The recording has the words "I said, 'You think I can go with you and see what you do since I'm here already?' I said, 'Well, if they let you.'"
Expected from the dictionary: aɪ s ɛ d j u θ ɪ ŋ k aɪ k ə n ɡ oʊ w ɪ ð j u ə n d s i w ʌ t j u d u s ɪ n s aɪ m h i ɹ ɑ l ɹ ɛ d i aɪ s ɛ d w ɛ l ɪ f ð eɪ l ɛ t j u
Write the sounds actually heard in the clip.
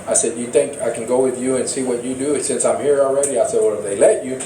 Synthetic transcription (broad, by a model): aɪ s ɛ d j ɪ θ ɪ ŋ k aɪ k n ɡ oʊ w ɪ ð j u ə n s i w ʌ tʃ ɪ d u s ɪ n s aɪ m h i ɹ l ɹ ɛ d i aɪ s ɛ d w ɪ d ð eɪ l ɛ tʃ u